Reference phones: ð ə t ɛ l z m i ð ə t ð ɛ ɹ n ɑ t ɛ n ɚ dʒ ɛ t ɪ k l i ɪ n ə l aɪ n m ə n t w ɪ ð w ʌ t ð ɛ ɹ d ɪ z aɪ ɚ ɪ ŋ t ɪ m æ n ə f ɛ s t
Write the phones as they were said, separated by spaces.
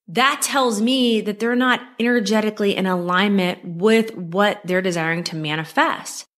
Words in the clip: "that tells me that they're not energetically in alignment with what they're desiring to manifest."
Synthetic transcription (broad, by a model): ð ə t ɛ l z m i ð ə t ð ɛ ɹ n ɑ t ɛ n ɚ dʒ ɛ t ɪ k l i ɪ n ə l aɪ n m ə n t w ɪ ð w ʌ t ð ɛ ɹ d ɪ z aɪ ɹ ɪ ŋ t ɪ m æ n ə f ɛ s t